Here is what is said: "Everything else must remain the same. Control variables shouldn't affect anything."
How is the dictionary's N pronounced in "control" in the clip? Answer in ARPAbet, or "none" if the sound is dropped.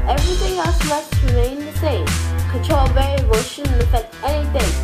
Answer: none